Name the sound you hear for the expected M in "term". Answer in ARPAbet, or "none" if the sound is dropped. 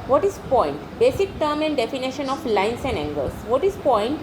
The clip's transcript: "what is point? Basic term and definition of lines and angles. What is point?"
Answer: M